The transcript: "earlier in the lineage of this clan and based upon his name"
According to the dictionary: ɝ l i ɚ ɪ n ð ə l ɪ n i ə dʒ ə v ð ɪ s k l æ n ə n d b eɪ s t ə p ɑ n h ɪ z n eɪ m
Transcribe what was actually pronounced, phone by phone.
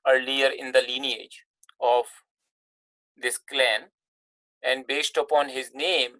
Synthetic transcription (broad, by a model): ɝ l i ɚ ɪ n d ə l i n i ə dʒ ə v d ɪ s k l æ n ə n d b eɪ s t ə p ɑ n h ɪ z n eɪ m